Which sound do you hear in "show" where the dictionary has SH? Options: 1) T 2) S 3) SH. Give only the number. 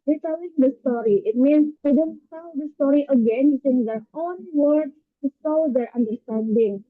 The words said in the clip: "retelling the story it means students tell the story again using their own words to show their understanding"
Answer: 2